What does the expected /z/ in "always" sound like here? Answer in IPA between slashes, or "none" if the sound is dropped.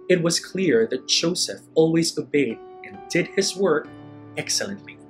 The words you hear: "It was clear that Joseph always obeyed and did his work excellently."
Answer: /z/